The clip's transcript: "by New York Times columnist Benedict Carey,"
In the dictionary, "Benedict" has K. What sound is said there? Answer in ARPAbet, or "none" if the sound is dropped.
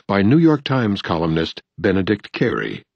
K